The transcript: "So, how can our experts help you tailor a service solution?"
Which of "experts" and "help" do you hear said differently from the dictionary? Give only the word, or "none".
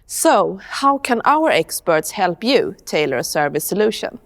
none